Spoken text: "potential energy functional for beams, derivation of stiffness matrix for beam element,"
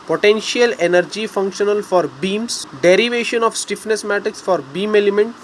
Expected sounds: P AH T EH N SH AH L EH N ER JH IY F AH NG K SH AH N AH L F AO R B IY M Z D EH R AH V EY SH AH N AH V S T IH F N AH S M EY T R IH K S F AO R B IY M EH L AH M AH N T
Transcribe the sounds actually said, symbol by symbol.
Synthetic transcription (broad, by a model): P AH T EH N SH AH L EH N ER JH IY F AH NG K SH AH N AH L F AO R B IY M S D EH R AH V EY SH AH N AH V S T IH F N AH S M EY T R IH K S F AO R B IY M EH L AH M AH N T